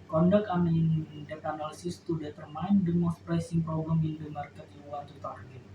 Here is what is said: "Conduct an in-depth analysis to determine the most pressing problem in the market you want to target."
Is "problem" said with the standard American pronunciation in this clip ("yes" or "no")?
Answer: no